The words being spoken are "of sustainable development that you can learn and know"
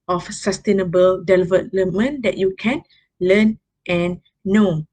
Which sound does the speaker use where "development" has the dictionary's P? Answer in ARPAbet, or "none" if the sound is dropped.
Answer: none